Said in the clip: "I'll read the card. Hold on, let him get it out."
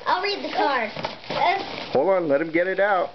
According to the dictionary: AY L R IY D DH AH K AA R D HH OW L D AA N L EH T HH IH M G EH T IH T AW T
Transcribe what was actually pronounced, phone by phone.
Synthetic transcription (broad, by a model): AY L R IY D DH AH K AA R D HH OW L AA N L EH T HH IH M G EH T IH T AW T